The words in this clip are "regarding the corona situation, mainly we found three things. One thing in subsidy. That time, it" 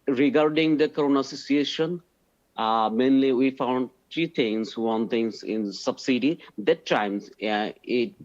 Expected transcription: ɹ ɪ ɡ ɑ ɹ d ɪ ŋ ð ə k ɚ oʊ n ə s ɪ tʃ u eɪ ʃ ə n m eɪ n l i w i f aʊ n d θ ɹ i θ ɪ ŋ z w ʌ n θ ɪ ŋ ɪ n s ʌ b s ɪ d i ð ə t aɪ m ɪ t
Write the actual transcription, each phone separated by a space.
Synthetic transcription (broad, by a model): ɹ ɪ ɡ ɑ ɹ d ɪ ŋ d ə k ɚ oʊ n ə s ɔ s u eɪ ʃ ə n m eɪ n l i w i f aʊ n d t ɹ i t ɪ ŋ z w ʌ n t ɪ ŋ ɪ n s ʌ b s ɪ d i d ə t aɪ m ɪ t